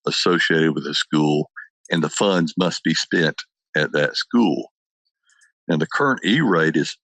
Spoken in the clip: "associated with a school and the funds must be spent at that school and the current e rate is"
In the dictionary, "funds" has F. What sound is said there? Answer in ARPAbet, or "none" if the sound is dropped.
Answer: F